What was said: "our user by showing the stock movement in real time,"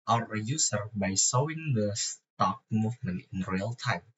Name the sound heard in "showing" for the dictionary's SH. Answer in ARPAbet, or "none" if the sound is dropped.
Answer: S